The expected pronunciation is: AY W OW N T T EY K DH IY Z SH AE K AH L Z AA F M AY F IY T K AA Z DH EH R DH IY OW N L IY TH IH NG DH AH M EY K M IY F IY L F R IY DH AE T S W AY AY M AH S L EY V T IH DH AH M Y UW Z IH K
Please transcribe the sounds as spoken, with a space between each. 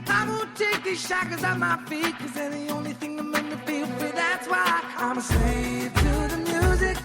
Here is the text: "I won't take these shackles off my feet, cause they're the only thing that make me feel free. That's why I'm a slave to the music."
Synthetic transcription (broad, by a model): AY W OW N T T EY K DH IY Z SH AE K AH Z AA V M AY F IY T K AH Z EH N DH IY OW N L IY TH IH NG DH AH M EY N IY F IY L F IY DH AE T S W AY AY M AH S EY T IH DH AH M Y UW Z IH K